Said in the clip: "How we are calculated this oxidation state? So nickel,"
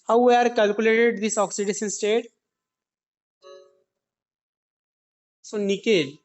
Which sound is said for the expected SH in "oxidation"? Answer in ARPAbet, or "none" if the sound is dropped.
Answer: S